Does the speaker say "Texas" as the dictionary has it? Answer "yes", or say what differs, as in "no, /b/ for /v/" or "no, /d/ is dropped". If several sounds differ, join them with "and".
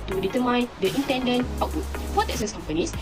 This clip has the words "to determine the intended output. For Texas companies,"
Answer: no, /k/ is dropped